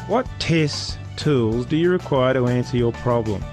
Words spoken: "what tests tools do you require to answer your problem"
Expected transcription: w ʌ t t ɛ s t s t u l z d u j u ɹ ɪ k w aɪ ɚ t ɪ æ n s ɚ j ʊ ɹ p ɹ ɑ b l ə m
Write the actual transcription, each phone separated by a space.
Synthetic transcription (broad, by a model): w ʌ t t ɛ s s t u l z d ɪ j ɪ ɹ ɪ k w aɪ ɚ t ɪ æ n s ɚ j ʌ ɹ p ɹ ɑ b l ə m